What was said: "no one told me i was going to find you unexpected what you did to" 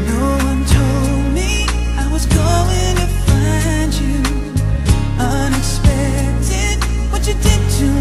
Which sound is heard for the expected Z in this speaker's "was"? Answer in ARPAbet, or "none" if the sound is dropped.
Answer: Z